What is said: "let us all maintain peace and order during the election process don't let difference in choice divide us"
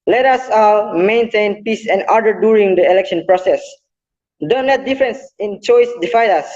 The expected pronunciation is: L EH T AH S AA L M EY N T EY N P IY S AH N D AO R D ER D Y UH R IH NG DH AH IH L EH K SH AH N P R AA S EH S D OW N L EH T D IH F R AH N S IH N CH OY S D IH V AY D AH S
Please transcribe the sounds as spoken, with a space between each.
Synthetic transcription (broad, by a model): L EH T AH S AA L M EY N T EY N P IY S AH N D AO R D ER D Y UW R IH NG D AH IH L EH K SH AH N P R AA S EH S D OW N L EH T D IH F R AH N S IH N CH OY S D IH F AY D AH S